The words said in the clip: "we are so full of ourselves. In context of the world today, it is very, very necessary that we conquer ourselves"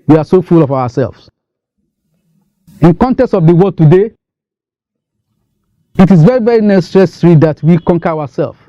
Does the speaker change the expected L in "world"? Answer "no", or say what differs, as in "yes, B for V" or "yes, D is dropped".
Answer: yes, L is dropped